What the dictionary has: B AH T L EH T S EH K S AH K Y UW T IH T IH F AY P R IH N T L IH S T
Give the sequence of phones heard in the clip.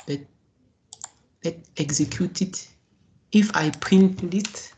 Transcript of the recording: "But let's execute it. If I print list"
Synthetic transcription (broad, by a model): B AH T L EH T EH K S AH K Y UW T IH T IH F AY P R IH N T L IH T